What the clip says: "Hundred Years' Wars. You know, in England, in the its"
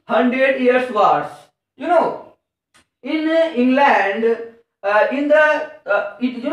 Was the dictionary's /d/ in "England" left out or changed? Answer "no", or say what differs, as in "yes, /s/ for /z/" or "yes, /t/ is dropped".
no